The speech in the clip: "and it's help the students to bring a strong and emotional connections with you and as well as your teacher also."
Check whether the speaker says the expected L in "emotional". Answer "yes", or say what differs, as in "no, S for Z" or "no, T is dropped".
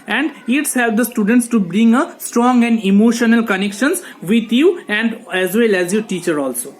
yes